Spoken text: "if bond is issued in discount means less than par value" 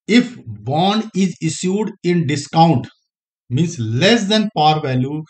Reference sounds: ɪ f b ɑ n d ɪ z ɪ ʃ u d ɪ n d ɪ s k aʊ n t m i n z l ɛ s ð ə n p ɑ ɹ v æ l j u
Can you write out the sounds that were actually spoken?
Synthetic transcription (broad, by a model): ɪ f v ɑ n ɪ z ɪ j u d ɪ n d ɪ s k aʊ n t m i n s l ɛ s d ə n p ɑ ɹ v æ l j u